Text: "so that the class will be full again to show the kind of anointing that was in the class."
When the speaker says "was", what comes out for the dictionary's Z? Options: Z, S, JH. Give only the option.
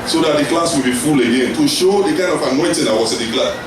S